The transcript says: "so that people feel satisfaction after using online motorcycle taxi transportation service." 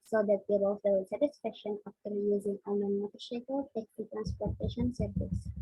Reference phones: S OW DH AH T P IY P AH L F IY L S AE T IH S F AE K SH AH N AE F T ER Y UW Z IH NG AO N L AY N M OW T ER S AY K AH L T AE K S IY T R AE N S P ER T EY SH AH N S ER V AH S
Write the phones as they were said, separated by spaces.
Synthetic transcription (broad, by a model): S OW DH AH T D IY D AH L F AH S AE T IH S F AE K SH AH N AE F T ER Y UW Z IH NG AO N AY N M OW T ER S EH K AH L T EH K IY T R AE N S P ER T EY SH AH N S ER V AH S